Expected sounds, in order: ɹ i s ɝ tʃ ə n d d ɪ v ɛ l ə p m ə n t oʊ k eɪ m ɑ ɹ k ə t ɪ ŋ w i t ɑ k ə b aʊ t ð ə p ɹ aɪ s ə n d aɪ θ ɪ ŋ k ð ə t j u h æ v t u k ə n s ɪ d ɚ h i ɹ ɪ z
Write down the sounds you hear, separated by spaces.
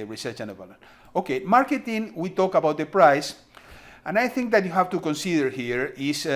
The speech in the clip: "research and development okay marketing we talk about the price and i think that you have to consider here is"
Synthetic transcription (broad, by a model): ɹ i s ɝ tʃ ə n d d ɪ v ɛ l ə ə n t oʊ k eɪ m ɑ ɹ k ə t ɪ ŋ w i t ɑ k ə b aʊ t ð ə p ɹ aɪ s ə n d aɪ θ ɪ ŋ k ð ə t j u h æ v t u k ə n s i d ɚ h i ɹ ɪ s